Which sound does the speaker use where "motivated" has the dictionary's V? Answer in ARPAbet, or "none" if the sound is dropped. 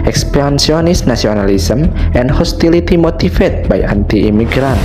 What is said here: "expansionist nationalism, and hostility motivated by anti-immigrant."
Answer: F